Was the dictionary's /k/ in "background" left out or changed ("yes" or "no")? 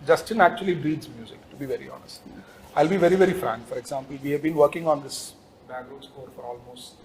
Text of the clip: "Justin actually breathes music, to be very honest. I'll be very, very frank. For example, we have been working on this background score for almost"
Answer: yes